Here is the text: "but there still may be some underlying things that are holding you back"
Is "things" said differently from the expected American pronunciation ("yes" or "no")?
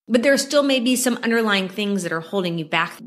no